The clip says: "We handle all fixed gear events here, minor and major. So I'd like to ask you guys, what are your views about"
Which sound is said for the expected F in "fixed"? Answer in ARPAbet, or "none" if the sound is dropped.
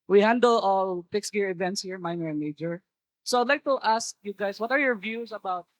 P